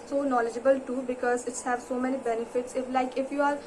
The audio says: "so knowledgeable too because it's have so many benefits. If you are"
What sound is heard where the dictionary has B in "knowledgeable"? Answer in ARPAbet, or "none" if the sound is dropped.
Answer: B